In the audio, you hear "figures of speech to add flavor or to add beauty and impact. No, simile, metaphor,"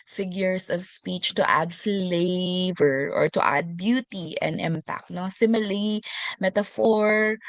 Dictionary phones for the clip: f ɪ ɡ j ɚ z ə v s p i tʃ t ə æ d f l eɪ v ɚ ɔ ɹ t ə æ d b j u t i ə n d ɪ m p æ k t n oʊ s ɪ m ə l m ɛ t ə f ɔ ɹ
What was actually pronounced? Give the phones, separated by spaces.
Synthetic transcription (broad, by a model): f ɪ ɡ j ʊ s ə v s p i tʃ t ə æ d f l eɪ v ɚ ɔ ɹ t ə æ d b j u t i ə n d ɪ m p æ k t n oʊ s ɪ m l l m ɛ t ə f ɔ ɹ